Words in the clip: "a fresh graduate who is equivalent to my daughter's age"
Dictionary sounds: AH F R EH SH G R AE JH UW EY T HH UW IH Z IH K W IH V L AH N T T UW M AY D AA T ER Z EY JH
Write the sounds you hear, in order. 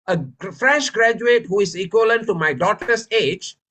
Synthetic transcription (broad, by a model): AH F R EH SH G R AE JH UW EY T HH UW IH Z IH K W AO L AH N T T UW M AY D AA T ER S EY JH